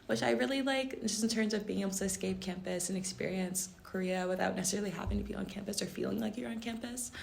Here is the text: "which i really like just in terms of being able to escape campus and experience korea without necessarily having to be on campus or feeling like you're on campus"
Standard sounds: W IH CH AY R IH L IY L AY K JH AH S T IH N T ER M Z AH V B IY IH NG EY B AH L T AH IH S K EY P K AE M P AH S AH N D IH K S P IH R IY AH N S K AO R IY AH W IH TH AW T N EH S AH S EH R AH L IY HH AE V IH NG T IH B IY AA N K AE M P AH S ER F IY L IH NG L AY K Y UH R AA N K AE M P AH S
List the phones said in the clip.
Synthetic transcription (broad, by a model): W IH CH AY R IH L IY L AY K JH AH S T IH N T ER M Z AH V B IY IH NG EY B L T IH S K EY P K AE M P AH S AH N IH K S P IH R IY AH N S K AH R IY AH W IH TH AW T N EH S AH S EH R L IY HH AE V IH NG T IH B IY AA N K AE M P AH S ER F IY L IH NG L AY K Y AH R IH N K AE M P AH S